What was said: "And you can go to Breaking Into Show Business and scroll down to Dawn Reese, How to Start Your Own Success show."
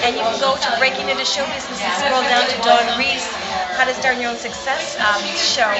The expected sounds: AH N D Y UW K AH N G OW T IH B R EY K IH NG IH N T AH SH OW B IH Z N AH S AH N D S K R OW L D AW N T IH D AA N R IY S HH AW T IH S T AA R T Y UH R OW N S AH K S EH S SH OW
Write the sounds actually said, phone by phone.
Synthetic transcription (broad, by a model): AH N Y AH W G OW T IH B R EY K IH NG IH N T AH SH OW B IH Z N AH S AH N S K OW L D AW N T IH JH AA N R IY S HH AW T IH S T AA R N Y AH R OW N S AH K S EH S SH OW